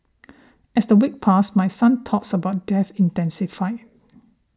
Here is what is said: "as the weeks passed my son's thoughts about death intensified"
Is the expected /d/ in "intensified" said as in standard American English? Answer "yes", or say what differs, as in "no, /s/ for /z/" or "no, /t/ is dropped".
no, /d/ is dropped